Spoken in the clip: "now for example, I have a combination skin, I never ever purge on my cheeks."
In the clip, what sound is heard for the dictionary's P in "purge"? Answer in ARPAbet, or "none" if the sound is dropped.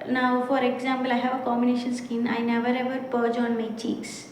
P